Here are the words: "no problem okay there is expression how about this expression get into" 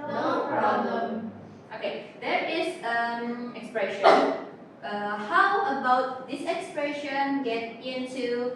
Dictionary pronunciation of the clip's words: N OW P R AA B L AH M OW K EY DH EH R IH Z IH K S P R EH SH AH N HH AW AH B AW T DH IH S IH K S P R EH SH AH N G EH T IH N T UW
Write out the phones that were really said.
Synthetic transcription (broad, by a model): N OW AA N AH OW K EY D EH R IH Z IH K S P R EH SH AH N HH AW AH B AW T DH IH S IH K S P R EH SH AH N G EH T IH N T UW